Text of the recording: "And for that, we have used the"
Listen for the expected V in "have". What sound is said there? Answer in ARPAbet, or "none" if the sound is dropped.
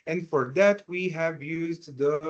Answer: V